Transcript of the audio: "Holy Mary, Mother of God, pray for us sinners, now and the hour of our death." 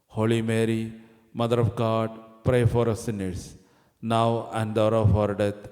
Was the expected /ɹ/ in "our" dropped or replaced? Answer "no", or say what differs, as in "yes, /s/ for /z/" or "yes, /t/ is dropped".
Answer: no